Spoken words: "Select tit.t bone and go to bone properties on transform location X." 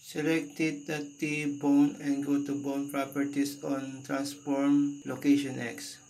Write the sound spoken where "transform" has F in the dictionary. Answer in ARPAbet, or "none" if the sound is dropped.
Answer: P